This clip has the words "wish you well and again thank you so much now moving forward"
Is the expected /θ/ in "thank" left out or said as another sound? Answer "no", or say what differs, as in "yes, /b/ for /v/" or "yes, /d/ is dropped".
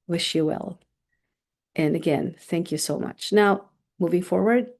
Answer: no